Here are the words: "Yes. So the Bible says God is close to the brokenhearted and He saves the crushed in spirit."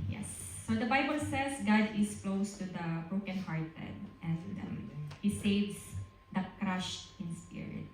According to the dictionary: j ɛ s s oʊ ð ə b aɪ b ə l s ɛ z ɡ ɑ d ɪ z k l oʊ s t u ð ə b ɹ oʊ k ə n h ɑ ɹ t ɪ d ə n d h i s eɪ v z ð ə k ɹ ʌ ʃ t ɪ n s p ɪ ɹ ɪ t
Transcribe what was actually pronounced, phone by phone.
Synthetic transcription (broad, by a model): j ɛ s s oʊ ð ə b aɪ b ə l s ɛ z ɡ ɑ d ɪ s k l oʊ s t u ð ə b ɹ oʊ k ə n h ɑ ɹ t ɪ d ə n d h i s eɪ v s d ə k ɹ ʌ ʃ t ɪ n s p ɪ ɹ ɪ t